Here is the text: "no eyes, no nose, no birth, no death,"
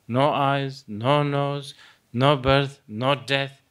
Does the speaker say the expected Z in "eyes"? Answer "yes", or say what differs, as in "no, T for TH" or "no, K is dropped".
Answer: yes